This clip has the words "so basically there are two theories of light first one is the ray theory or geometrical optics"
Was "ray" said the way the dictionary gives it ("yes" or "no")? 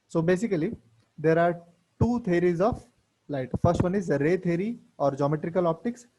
yes